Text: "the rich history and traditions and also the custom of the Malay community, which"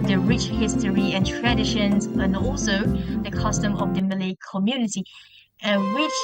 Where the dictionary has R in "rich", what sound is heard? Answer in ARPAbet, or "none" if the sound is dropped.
R